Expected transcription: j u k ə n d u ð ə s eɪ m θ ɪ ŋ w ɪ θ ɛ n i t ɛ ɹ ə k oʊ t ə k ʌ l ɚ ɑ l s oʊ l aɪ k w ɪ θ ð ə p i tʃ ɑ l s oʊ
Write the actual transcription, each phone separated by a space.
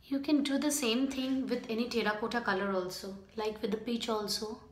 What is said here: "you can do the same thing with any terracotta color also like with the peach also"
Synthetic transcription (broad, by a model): j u k ə n d u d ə s eɪ m t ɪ ŋ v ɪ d ɛ n i t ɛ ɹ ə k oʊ t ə k ʌ l ɚ ɑ l s oʊ l aɪ k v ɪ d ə p i tʃ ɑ l s oʊ